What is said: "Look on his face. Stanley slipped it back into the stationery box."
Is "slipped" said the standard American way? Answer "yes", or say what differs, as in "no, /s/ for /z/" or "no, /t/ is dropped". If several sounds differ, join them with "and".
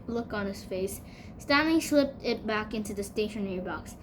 yes